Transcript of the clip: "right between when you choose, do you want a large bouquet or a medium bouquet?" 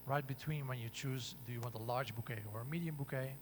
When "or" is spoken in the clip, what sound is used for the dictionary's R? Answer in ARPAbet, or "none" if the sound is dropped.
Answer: R